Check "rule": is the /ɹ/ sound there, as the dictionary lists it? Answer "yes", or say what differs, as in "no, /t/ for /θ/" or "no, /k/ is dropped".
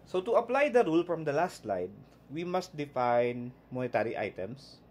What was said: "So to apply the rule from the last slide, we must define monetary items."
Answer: yes